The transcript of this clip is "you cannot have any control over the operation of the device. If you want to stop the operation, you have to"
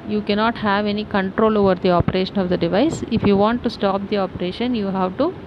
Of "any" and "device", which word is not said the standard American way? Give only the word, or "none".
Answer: none